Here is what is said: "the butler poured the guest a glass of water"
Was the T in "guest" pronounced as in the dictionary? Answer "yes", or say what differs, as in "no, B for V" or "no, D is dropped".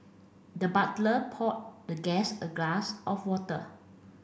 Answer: no, T is dropped